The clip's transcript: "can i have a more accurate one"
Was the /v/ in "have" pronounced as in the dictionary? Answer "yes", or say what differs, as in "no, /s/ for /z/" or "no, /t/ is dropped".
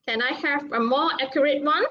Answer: no, /f/ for /v/